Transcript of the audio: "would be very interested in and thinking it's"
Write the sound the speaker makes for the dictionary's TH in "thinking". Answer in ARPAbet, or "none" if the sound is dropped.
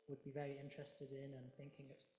TH